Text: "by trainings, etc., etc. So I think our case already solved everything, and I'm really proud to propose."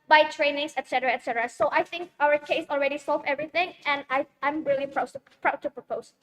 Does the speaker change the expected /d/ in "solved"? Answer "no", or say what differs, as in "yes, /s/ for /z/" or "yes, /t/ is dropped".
yes, /d/ is dropped